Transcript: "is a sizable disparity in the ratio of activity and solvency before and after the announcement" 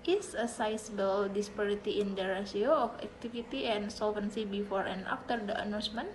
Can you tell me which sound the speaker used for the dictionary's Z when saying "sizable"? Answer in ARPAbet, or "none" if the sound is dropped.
S